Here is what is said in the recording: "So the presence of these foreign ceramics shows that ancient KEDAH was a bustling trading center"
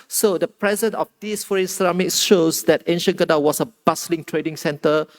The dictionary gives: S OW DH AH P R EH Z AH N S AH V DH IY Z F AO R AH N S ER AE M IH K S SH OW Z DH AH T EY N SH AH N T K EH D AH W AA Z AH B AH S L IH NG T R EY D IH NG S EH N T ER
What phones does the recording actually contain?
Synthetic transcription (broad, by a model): S OW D AH P R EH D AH N AH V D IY S F AO R AH N S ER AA M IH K S SH OW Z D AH T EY N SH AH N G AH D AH W AA S AH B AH S L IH NG T R EY D IH NG S EH N T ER